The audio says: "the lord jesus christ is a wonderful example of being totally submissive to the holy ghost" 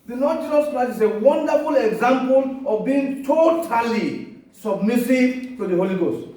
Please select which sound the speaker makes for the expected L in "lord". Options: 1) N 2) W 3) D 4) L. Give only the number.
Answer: 1